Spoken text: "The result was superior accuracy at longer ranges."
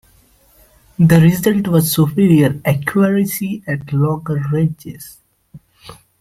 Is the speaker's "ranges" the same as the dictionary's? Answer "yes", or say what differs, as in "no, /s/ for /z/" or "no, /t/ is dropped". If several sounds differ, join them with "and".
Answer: no, /n/ is dropped